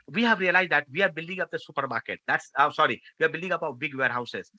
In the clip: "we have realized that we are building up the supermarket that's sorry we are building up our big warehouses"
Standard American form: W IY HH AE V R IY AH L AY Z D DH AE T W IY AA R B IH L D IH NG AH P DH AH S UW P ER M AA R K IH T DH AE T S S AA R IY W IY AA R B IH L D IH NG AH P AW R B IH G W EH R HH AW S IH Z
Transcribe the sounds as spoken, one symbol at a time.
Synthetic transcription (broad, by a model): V IY HH AE V R IY AH L AY Z D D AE T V IY AA R B IH L D IH NG AH P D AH S UW P ER M AA R K IH T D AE T S S AA R IY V IY AA R B IH L D IH NG AH P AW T B IH G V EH R HH AW S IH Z